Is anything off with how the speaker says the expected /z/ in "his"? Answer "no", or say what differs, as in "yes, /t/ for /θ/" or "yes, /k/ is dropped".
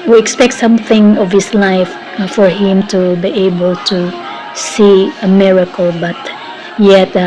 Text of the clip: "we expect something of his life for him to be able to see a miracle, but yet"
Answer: yes, /s/ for /z/